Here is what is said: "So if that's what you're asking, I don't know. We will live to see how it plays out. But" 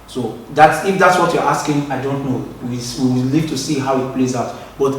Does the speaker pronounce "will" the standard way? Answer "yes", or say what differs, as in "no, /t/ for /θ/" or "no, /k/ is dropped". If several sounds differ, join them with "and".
no, /w/ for /l/